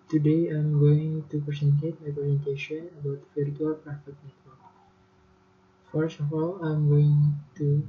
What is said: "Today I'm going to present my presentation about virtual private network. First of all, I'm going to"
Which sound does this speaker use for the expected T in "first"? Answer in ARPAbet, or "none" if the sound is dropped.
none